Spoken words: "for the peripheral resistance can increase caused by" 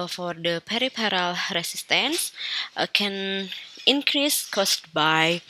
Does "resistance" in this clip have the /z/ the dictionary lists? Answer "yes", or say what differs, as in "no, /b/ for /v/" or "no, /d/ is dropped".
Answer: no, /s/ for /z/